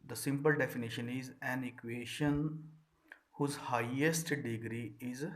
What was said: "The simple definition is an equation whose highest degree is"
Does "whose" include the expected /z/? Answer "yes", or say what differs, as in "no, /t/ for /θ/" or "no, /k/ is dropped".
yes